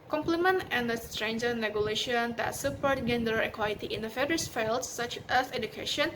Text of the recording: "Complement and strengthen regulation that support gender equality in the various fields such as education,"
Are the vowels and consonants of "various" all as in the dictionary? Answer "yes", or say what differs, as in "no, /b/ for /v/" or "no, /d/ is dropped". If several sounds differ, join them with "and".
no, /f/ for /v/